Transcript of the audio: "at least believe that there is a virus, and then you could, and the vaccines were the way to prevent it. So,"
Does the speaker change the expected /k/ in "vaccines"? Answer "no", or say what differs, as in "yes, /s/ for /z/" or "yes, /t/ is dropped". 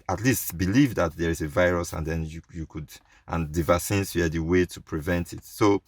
yes, /k/ is dropped